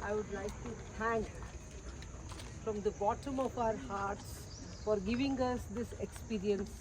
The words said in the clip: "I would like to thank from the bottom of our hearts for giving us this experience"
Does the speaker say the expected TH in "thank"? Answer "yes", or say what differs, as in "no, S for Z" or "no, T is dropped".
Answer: no, T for TH